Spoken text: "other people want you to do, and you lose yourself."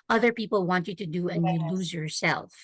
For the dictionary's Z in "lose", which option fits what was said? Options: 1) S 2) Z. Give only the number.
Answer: 2